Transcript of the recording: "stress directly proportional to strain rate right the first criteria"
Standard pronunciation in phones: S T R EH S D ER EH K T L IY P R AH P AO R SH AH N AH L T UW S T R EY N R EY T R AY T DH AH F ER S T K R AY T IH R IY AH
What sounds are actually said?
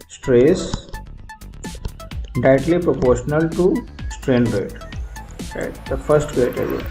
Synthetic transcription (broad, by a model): S T R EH S D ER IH T L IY P R AH P AO R SH AH N AH L T UW S T R EY N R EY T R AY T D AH F ER S T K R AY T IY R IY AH